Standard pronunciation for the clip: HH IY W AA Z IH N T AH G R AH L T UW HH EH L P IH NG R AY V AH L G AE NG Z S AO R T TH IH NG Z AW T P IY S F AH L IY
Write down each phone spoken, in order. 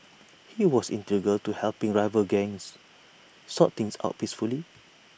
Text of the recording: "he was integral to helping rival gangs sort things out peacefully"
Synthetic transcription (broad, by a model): HH IY W AA S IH N T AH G AH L T UW HH EH L P IH NG R AY V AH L G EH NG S S AO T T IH NG S AW T P IY S F AH L IY